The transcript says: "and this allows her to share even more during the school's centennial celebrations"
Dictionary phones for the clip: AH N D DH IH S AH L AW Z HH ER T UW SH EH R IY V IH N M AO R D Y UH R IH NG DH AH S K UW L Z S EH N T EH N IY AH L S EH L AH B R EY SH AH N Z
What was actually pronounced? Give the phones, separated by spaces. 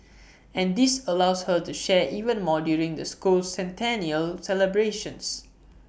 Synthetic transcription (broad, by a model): AH N D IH S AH L AW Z HH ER T UW SH EH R IY V IH N M AO D Y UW R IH NG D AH S K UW L S EH N T EH N IY AH L S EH L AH B R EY SH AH N S